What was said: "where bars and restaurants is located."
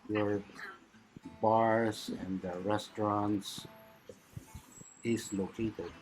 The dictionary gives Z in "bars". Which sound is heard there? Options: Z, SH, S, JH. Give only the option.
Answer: S